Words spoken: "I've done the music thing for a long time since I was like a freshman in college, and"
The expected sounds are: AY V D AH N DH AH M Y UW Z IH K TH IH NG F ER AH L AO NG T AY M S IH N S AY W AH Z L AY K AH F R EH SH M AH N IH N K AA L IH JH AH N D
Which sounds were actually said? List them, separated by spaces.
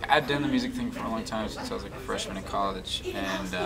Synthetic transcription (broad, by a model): AY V D AH N DH AH M Y UW Z IH K TH IH NG F ER AH L AO NG T AY M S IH S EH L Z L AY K AH F R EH SH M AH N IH K AA L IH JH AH N